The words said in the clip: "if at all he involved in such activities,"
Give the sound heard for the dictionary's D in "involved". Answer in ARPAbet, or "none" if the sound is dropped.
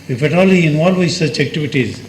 none